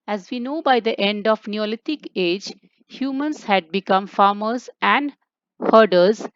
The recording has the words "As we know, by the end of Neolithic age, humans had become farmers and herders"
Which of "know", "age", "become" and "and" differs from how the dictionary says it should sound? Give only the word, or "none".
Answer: none